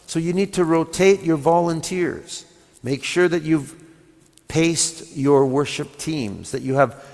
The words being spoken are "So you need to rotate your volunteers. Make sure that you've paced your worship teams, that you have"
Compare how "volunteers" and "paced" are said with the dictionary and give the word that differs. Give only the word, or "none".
none